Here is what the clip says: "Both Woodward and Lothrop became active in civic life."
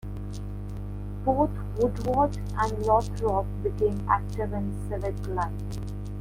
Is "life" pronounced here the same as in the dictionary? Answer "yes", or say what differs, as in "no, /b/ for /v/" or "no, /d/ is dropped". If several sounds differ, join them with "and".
no, /f/ is dropped